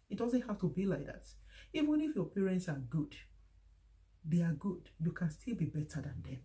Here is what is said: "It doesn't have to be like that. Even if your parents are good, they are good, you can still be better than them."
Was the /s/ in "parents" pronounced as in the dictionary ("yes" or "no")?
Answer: yes